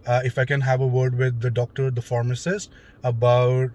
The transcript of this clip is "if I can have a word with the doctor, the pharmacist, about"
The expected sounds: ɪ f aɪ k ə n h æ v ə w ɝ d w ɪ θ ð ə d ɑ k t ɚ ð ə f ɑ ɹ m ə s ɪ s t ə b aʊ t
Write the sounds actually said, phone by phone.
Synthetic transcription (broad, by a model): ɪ f aɪ k ə n h æ v ə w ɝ d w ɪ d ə d ɑ k t ɚ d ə f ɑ ɹ m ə s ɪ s ə b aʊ t